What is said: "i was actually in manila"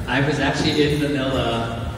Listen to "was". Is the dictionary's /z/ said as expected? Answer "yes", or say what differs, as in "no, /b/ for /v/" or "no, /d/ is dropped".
yes